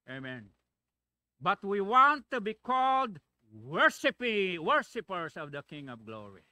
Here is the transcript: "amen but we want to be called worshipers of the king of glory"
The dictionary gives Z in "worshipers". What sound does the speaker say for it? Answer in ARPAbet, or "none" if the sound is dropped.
S